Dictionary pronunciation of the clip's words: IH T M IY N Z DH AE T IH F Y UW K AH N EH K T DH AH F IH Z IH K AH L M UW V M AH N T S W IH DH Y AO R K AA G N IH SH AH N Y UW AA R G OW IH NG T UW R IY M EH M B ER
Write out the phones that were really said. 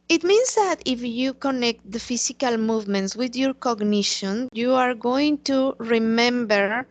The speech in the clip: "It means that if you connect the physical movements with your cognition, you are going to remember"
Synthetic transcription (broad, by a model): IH T M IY N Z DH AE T IH F Y UW K AH N EH K T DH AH F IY S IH K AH L M UW V M AH N T S W IH DH Y AO R K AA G N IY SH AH N Y UW AA R G OW IH NG T UW R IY M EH M B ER